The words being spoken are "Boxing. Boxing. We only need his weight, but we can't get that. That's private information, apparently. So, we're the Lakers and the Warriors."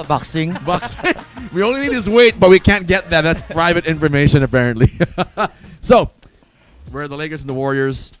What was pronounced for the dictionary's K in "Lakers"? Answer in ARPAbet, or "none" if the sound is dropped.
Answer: none